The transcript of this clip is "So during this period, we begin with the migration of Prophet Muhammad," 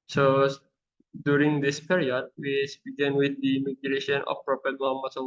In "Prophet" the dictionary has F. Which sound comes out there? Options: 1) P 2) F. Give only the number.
1